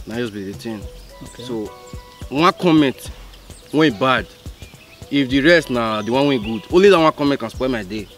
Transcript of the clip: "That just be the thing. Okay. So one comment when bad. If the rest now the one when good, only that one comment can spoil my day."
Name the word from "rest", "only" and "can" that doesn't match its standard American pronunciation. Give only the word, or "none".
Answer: none